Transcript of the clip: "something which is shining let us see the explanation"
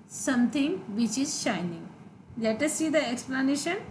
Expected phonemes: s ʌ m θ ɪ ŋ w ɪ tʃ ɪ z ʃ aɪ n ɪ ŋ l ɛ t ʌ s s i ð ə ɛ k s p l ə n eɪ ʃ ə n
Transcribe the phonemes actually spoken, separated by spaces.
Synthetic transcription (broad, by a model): s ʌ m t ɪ ŋ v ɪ tʃ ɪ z ʃ aɪ n ɪ ŋ l ɛ t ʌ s s i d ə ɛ k s p l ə n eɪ ʃ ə n